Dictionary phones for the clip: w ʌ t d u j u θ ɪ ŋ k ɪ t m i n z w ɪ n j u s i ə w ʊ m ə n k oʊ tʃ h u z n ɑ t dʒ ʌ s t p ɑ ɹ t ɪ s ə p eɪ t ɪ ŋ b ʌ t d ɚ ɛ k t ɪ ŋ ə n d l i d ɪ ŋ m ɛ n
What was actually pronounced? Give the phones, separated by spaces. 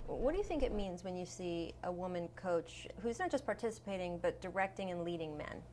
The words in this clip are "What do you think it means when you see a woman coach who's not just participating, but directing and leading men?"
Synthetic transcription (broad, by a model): w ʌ t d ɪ j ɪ θ ɪ ŋ k ɪ t m i n z w ɪ n j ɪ s i ə w ʊ m ə n k oʊ tʃ h u z n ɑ t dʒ ʌ s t p ɑ ɹ t ɪ s ə p eɪ t ɪ ŋ b ʌ t d ɚ ɛ k t ɪ ŋ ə n l i d ɪ ŋ m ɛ n